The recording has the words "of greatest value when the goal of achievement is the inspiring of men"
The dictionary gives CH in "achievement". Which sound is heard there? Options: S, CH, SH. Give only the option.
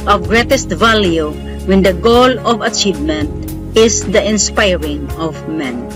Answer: CH